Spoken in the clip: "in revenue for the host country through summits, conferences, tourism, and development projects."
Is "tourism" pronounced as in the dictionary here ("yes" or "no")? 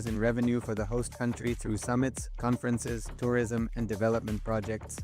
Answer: yes